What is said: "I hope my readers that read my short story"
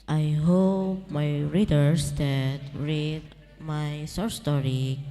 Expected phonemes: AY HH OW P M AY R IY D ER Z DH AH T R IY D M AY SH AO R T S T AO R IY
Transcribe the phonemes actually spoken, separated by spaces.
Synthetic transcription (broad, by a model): AY HH OW P M AY R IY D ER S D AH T R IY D M AY S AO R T S T AO R IY